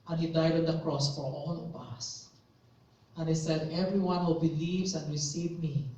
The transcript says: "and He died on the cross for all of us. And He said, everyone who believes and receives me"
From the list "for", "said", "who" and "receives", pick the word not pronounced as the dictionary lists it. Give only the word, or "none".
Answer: receives